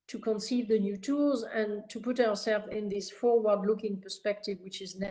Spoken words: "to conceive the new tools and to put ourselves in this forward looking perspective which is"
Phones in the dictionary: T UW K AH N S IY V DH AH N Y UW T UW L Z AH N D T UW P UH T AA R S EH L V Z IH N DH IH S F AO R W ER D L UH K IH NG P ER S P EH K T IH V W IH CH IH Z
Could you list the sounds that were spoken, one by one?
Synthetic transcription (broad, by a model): T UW K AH N S IY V DH AH N Y UW T UW L Z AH N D T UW P UH T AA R S EH L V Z IH N DH IH S F AO R W ER D L UH K IH NG P ER S P EH K T IH V W IH CH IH Z